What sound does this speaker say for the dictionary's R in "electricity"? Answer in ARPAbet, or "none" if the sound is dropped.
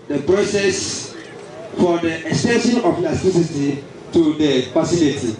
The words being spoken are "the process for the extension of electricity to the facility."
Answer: none